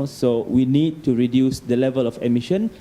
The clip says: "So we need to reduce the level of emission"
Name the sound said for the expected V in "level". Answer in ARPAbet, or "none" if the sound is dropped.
V